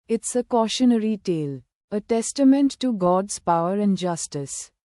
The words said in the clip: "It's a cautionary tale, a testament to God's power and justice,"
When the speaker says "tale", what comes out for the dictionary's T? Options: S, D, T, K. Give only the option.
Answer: T